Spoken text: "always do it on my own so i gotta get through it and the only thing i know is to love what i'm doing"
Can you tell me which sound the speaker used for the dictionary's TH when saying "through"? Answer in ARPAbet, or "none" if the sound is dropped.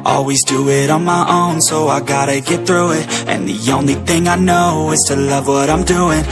TH